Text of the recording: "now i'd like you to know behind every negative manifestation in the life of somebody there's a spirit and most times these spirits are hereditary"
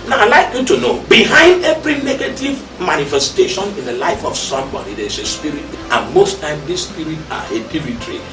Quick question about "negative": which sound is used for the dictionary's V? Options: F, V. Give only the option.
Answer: V